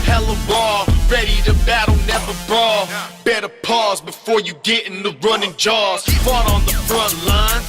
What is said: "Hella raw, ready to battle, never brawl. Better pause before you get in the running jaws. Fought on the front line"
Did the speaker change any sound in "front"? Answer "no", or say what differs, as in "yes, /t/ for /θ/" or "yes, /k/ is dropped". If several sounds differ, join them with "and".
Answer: no